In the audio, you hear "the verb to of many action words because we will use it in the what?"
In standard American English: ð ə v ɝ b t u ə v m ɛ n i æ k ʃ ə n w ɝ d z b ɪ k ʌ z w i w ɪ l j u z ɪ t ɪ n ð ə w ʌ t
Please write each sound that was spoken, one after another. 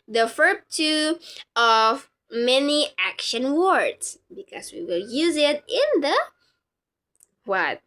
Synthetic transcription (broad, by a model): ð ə f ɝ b t u ə v m ɛ n i æ k ʃ ə n w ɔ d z b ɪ k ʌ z w i w ɪ l j u z ɪ t ɪ n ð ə w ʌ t